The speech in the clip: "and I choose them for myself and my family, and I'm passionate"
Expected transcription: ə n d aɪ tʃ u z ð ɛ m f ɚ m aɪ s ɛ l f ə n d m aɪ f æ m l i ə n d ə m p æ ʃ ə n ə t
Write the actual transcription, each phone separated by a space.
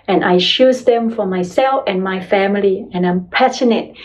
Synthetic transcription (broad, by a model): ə n aɪ ʃ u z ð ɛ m f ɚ m aɪ s ɛ l f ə n m aɪ f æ m l i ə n ə m p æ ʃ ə n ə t